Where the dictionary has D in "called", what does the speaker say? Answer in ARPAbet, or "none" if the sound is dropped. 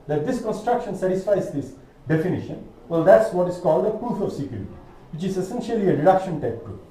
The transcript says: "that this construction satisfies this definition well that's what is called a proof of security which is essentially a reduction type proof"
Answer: D